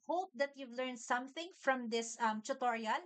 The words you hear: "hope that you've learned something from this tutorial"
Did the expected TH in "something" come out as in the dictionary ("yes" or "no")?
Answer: yes